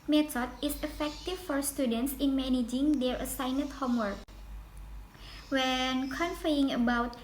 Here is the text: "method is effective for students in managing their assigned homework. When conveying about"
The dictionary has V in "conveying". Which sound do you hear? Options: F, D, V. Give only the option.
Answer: F